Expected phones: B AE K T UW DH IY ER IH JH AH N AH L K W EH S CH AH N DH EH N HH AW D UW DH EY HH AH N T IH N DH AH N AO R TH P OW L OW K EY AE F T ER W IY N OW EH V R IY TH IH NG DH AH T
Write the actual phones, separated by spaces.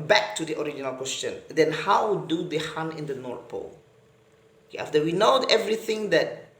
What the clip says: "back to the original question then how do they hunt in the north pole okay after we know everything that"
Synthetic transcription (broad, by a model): B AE K T UW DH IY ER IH JH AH N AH L K W EH S CH AH N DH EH N HH AW D UW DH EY HH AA N IH N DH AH N AO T P OW L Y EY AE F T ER W IY N OW EH V R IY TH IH NG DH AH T